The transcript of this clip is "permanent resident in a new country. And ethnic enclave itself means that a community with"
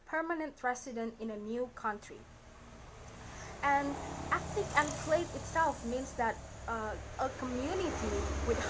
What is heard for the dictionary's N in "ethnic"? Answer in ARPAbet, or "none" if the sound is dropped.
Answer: L